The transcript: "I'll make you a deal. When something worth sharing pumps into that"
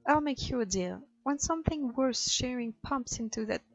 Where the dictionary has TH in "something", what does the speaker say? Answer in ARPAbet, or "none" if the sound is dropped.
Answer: TH